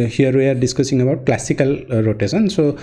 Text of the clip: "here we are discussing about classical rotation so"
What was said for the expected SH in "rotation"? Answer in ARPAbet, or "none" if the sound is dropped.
S